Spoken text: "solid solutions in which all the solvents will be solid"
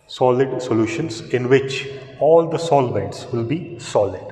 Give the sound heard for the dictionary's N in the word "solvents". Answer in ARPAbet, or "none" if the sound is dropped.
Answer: none